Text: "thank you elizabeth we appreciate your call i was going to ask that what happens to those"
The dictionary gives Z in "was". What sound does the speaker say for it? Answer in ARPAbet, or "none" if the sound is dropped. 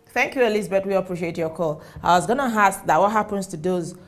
Z